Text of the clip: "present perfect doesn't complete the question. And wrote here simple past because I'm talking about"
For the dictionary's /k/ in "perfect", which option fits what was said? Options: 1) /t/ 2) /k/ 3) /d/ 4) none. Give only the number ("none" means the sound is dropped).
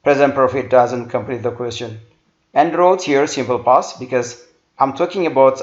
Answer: 4